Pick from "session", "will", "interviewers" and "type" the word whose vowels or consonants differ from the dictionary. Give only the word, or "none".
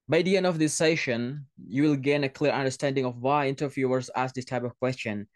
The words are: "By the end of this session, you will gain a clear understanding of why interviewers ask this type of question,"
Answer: interviewers